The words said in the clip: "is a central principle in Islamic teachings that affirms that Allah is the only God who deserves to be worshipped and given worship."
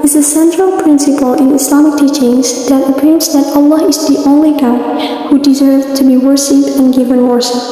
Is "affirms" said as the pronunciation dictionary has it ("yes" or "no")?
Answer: no